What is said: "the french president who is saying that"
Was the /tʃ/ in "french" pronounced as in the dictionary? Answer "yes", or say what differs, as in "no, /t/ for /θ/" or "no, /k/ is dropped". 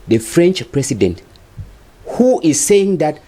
yes